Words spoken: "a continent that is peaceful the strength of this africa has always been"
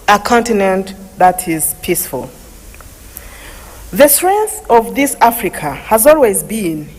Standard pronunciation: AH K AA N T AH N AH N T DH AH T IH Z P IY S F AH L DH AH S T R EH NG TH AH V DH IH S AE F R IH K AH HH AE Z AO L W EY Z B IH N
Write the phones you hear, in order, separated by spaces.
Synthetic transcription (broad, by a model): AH K AA N T AH N AH N T DH AH T IH Z P IY S F AH L DH AH S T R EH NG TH AH V DH IH S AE F R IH K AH HH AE Z AO L W EY Z B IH N